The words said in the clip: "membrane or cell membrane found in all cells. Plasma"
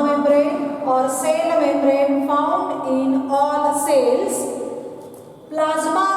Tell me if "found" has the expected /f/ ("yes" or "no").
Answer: no